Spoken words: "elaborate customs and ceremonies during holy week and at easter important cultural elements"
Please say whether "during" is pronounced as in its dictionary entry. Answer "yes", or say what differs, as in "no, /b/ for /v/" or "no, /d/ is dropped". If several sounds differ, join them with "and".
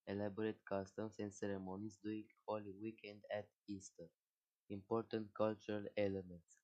no, /ɹ/ is dropped